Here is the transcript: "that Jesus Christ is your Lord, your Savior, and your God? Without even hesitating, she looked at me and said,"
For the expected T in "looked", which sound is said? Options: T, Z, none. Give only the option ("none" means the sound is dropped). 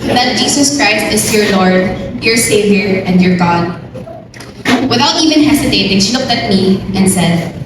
T